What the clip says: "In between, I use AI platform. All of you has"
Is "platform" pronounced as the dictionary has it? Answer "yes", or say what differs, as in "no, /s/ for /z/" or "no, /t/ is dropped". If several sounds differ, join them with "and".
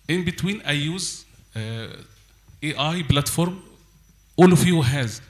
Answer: no, /b/ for /p/